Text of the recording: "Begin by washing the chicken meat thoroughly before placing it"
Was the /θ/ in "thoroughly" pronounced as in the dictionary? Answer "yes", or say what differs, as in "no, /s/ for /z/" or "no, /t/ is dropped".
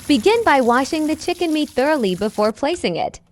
yes